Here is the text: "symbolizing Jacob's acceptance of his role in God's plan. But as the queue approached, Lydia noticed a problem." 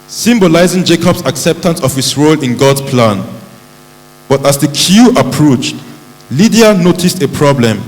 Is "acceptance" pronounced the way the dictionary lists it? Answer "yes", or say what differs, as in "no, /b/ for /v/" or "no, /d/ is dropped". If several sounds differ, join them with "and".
yes